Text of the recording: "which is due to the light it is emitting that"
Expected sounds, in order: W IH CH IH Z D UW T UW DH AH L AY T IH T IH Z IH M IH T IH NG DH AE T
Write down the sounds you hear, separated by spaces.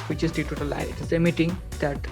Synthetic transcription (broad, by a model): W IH CH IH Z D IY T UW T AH L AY IH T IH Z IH M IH T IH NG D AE T